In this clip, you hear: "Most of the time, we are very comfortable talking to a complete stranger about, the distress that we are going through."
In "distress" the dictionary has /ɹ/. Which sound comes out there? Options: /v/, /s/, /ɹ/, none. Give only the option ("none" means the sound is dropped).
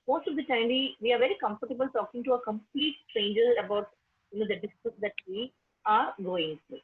none